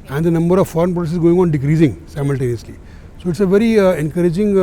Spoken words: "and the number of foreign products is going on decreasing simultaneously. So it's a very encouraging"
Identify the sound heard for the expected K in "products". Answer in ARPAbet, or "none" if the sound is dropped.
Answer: none